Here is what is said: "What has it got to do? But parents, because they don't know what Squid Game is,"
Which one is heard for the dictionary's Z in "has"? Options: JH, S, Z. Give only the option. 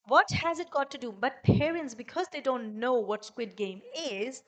Z